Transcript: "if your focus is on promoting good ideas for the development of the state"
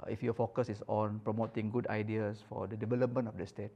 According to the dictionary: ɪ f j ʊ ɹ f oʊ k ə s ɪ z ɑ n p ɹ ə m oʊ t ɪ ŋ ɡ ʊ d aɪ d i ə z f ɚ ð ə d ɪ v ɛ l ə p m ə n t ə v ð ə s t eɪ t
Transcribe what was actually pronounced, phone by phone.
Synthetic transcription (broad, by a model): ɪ f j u f oʊ k ə s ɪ s ɑ n p ɹ ə m oʊ t ɪ ŋ ɡ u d aɪ d i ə s f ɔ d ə d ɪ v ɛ l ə p m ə n ə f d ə s t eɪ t